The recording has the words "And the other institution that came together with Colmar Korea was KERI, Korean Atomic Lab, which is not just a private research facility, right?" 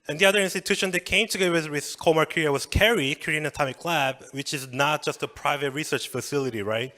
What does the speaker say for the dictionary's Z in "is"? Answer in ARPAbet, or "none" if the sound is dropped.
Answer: Z